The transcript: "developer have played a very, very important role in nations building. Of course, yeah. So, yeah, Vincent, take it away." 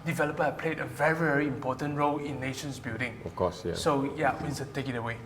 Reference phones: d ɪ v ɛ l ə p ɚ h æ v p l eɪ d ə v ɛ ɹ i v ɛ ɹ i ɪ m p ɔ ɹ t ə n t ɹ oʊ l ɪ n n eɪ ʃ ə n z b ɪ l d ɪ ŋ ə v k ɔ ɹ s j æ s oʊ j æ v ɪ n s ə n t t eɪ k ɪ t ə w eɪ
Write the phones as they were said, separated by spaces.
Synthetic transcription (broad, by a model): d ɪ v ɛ l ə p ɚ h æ p l eɪ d ə v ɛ ɹ i v ɛ ɹ i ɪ m p ɔ t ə n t ɹ oʊ l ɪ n n eɪ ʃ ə n s b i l d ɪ ŋ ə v k ɔ s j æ s oʊ j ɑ w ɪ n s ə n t t eɪ k ɪ t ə w eɪ